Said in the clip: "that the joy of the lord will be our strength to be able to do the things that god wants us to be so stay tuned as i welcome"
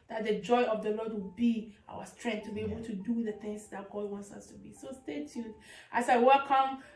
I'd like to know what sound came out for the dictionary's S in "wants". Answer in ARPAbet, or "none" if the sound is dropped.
S